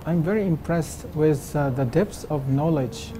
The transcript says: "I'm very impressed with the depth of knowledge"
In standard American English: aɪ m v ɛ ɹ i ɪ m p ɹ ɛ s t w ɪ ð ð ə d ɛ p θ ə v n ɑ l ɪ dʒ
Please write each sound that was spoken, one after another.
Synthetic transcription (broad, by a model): aɪ m v ɛ ɹ i ɪ m p ɹ ɛ s t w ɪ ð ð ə d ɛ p s ə v n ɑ l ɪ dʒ